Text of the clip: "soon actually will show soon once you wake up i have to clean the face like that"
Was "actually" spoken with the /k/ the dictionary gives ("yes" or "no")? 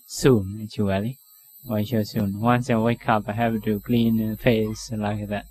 no